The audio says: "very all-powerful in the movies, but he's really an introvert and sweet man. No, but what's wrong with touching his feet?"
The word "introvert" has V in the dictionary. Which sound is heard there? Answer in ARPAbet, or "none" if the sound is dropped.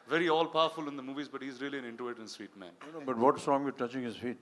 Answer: none